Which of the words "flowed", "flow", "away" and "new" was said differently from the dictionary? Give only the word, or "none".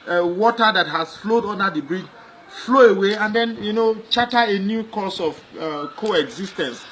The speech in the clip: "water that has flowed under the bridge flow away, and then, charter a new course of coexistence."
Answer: none